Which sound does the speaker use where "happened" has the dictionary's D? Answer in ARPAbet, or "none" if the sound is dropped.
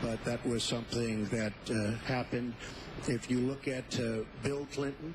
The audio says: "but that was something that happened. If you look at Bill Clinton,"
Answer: D